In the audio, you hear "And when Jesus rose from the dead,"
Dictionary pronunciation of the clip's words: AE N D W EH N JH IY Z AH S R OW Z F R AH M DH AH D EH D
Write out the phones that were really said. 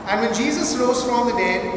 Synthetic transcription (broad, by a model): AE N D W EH N JH IY Z AH S L OW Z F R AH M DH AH D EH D